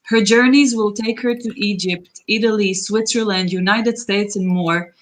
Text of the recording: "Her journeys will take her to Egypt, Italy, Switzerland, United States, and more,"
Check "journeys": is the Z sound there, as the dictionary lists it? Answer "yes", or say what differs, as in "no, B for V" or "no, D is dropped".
yes